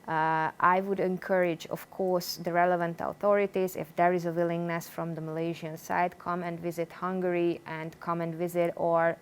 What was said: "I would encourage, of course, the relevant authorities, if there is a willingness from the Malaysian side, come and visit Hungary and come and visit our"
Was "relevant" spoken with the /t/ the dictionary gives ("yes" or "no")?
yes